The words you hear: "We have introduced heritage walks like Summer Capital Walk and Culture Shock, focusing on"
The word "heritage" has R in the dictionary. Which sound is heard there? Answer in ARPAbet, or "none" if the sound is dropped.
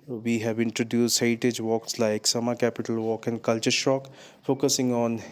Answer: none